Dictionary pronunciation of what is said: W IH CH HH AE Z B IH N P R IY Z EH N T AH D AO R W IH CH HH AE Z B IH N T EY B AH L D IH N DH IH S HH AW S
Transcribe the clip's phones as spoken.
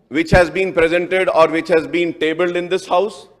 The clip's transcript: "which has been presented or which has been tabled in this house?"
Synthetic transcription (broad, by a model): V IH CH HH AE Z B IH N P R IY Z EH N T AH D AO R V IH CH HH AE Z B IH N T EY B AH L D IH N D IH S HH AW S